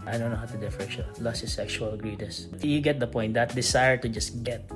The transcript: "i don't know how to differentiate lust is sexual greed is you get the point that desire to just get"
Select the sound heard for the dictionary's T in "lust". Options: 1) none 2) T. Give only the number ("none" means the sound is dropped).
1